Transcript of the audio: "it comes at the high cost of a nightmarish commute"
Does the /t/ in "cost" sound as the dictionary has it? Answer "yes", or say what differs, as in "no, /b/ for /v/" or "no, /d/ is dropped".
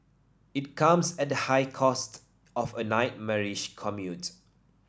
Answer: yes